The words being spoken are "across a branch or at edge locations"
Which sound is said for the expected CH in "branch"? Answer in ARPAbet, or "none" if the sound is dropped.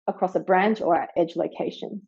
CH